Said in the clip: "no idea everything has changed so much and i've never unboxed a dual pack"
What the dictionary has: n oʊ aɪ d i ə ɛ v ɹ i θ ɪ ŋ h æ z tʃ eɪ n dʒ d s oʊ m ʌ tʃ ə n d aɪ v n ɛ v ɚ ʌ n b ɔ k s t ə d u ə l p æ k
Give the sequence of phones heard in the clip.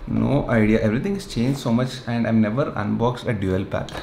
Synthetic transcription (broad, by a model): n oʊ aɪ d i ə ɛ v ɹ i t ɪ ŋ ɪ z tʃ eɪ n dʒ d s oʊ m ʌ tʃ ə n d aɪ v n ɛ v ɚ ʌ n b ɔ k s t ə d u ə l p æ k